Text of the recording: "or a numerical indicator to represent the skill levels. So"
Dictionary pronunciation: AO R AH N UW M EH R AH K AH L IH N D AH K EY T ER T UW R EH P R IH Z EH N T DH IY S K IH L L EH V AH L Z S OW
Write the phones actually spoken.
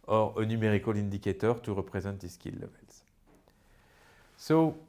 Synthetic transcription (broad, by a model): AO R AH N UW M EH R AH K AH L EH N D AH K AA T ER T UW R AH P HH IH Z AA T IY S K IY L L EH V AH L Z S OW